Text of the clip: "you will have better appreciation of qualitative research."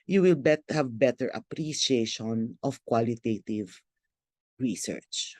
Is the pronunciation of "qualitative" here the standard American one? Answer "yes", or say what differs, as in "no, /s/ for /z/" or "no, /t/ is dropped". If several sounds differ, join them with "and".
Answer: yes